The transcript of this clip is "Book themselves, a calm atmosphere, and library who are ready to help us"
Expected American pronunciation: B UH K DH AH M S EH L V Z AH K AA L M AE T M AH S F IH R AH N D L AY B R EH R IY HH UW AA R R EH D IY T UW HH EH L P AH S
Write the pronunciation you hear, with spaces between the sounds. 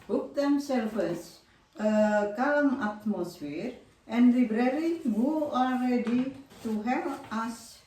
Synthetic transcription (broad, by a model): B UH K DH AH M S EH L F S AH K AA L M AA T M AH S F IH R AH N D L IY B R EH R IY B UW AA L R EH D IY T UW HH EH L AA S